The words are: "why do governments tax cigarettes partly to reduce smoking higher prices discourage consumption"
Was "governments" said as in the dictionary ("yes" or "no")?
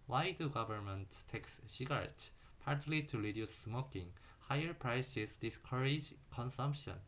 no